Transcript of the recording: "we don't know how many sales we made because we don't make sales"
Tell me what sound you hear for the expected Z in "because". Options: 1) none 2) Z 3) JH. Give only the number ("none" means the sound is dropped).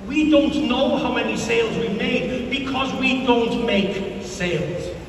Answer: 2